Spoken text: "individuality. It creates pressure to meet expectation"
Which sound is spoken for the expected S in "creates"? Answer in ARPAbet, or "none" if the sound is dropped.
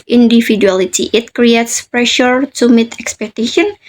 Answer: S